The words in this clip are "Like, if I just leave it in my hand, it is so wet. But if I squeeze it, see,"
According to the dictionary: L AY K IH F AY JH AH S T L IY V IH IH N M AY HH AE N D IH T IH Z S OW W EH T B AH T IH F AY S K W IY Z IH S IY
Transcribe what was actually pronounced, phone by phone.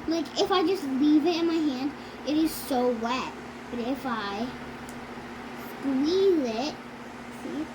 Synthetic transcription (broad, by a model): L AY K IH F AY JH AH S T L IY V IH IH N M AY HH AE N D IH T IH Z S OW W EH T B AH T IH F AY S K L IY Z IH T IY